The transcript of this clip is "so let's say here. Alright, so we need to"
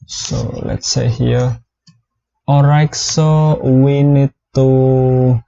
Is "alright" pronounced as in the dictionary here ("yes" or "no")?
no